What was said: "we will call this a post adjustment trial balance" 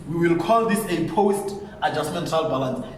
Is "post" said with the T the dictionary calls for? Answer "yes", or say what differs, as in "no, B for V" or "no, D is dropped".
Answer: yes